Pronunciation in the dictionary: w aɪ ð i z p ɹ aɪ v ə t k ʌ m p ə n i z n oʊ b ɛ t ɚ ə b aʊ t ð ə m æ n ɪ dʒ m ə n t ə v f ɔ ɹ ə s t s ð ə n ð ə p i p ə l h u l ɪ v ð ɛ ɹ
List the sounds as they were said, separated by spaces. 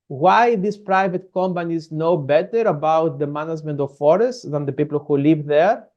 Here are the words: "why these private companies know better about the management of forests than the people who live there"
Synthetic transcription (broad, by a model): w aɪ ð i s p ɹ aɪ v ə t k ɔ m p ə n i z n oʊ b ɛ t ɚ ə b aʊ t ð ə m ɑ n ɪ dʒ m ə n t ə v f ɔ ɹ ə s t s ð ə n ð ə p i p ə l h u l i v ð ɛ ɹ